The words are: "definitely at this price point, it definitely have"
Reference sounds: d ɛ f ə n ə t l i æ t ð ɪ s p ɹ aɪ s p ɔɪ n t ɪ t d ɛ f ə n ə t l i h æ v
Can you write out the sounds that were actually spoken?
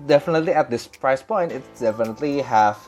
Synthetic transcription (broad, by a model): d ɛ f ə n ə t l i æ t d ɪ s p ɹ aɪ s p ɔɪ n t ɪ t d ɛ f ə n ə t l i h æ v